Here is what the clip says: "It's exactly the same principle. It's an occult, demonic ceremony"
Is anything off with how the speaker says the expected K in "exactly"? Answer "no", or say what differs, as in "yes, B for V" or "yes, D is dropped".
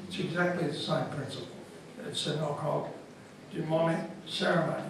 no